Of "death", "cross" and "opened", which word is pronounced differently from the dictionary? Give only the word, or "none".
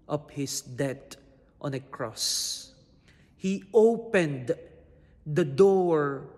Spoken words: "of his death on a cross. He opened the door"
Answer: death